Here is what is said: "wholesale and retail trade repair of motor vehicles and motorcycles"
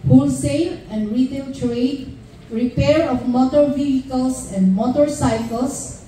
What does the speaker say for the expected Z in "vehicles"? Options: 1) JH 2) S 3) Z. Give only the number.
2